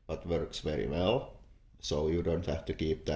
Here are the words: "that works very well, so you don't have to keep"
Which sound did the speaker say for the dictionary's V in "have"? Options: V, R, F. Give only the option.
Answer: F